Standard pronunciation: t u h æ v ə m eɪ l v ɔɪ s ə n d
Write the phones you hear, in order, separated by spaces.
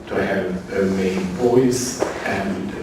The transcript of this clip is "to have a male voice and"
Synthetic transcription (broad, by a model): t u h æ v ə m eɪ n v ɔɪ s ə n